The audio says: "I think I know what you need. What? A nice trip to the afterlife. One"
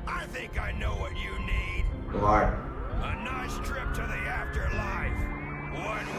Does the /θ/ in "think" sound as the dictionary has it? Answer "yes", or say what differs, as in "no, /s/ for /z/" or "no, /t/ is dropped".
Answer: yes